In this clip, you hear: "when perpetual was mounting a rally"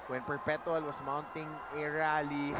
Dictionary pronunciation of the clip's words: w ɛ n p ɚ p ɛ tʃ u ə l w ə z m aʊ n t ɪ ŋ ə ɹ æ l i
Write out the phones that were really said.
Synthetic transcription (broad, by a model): w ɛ n p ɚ p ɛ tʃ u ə l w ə s m aʊ n t ɪ ŋ ə ɹ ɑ l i